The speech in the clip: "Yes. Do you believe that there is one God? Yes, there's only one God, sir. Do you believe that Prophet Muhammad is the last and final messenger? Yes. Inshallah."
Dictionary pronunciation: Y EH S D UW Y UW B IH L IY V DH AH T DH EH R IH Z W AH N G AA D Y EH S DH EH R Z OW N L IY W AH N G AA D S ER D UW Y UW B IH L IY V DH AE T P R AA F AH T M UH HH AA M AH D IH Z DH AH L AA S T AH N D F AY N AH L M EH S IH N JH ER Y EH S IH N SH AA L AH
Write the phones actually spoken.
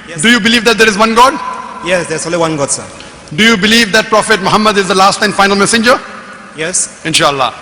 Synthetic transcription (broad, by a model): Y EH D UW Y UW B IH L IY V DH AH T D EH R IH Z W AH N G AA D Y EH S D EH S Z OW L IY W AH N G AA D S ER D UW Y UW B IH L IY V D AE T P R AA F AH T M UH HH AA M AH D IH Z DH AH L AA S T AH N F AY N AH L M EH S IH N JH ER Y EH S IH N SH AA L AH